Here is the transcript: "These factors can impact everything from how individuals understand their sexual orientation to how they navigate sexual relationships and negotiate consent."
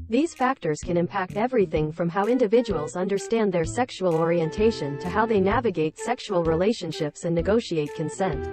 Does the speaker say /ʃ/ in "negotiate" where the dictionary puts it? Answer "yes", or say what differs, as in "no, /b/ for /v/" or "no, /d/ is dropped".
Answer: yes